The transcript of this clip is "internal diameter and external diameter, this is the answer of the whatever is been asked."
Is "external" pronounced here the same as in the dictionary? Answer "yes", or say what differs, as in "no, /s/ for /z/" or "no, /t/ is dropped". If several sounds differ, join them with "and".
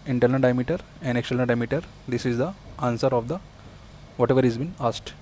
no, /l/ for /n/ and /n/ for /l/